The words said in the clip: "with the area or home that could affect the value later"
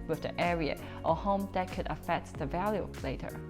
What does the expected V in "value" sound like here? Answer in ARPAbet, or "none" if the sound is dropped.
V